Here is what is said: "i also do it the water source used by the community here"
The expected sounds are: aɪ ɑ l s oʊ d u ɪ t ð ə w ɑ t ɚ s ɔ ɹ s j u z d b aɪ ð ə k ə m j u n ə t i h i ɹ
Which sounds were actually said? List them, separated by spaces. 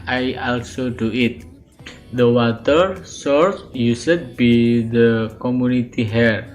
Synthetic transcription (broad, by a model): aɪ ɑ l s oʊ d u ɪ t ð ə w ɑ t ɚ s ɔ ɹ s j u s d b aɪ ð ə k ə m j u n ə t i h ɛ ɹ